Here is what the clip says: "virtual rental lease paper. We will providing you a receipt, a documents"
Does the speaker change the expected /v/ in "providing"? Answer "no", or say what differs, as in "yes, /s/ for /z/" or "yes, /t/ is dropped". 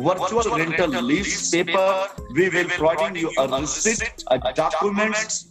yes, /v/ is dropped